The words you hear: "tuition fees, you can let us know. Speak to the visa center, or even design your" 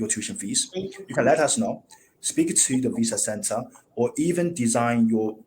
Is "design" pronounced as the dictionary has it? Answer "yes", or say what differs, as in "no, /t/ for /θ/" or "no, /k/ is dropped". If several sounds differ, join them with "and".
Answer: yes